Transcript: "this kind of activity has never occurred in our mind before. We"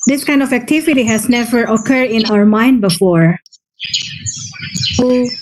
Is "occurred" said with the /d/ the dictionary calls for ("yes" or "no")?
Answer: yes